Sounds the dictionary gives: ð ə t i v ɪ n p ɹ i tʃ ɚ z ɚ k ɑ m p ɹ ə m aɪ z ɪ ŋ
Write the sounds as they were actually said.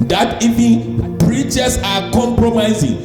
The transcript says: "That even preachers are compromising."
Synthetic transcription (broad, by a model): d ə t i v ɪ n b ɹ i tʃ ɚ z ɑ k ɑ m p ɹ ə m aɪ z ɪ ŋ